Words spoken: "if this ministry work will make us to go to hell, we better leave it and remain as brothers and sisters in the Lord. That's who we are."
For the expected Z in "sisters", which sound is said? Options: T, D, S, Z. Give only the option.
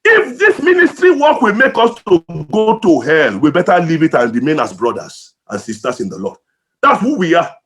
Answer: S